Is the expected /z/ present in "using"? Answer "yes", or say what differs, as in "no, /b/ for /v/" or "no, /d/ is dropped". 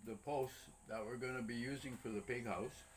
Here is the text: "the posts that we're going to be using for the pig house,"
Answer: yes